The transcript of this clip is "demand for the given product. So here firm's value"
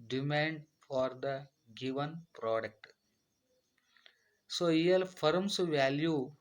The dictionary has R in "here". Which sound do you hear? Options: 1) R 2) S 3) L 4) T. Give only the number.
3